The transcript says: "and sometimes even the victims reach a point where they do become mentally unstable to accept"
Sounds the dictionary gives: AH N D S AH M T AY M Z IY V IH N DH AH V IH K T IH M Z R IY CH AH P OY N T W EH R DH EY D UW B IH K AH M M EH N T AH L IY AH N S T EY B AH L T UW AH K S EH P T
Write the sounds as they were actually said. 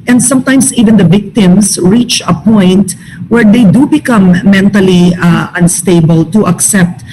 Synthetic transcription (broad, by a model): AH N D S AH M T AY M S IY V IH N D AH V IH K T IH M S R IY CH AH P OY N T W EH R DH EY D UW B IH K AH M M EH N T AH L IY AH N S T EY B AH L T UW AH K S EH P T